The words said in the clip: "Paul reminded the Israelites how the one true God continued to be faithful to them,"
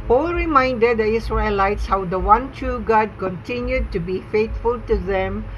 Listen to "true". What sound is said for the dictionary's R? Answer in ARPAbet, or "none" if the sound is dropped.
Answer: none